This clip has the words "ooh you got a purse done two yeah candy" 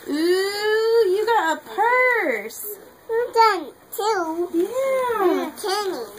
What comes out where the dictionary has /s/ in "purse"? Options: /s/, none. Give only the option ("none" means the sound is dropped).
/s/